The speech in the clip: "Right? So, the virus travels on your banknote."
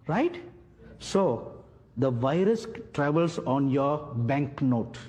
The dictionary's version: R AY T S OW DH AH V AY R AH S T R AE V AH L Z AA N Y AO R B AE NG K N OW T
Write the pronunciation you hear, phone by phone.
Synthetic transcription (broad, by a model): R AY T S OW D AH V AY R AH S T R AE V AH L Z AA N Y AO R B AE NG K N OW T